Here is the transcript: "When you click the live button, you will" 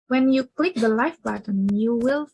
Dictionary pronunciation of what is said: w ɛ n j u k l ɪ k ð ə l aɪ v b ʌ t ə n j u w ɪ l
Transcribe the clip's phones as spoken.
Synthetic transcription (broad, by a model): w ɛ n j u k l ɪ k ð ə l aɪ f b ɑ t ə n j u w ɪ l